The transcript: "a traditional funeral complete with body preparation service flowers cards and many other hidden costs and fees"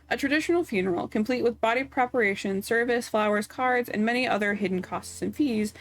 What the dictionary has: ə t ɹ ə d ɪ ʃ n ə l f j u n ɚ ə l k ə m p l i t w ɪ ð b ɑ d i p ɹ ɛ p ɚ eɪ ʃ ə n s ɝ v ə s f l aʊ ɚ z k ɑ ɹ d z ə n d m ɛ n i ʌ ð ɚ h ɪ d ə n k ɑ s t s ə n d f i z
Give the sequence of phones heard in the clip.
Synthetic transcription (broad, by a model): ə t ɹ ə d ɪ ʃ n l f j u n ɚ l k ə m p l i t w ɪ ð b ɑ d i p ɹ ɛ p ɚ eɪ ʃ ə n s ɝ v ə s f l aʊ ɚ z k ɑ ɹ d z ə n m ɛ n i ʌ ð ɚ h ɪ d n k ɑ s t s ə n f i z